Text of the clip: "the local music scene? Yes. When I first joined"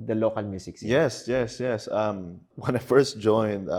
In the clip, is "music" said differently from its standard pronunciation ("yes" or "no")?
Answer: yes